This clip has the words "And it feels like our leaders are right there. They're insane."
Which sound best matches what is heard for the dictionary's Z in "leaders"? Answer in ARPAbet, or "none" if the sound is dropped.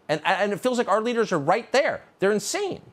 Z